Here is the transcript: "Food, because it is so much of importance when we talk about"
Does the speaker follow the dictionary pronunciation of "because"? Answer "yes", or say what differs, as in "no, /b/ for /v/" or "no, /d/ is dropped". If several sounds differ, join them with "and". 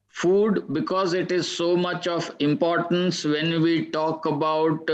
yes